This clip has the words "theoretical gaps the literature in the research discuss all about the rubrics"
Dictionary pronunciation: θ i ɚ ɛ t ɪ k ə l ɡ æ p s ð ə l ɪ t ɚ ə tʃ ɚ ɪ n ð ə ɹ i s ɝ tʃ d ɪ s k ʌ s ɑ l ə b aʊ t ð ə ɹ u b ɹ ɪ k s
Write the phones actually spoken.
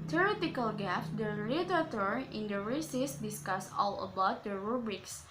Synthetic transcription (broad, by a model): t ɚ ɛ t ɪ k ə l ɡ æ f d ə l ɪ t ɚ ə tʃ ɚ ɪ n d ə ɹ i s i s d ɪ s k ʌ s ɑ l ə b aʊ t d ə ɹ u b ɹ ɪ k s